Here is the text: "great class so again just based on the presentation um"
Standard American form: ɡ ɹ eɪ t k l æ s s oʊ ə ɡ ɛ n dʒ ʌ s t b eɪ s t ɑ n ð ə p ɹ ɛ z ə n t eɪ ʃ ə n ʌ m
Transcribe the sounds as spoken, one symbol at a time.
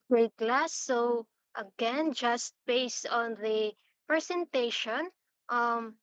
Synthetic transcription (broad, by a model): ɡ ɹ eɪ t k l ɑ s s oʊ ə ɡ ɛ n dʒ ʌ s t b eɪ s t ɑ n ð ə p ɹ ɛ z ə n t eɪ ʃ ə n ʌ m